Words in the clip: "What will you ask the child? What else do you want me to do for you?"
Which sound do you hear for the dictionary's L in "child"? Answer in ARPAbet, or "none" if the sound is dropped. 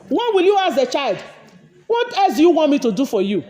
L